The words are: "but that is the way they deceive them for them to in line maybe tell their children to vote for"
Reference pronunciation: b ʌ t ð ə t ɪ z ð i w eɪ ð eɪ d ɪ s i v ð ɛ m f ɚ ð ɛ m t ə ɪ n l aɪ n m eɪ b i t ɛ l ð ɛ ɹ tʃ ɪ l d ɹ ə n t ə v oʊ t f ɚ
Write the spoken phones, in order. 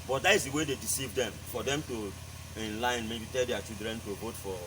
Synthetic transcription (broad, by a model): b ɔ t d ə t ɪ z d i w eɪ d eɪ d ɪ s i v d ɛ m f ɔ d ɛ m t ə ɪ n l aɪ n m eɪ b i t ɛ l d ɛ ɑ tʃ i l d ɹ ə n t ə v oʊ t f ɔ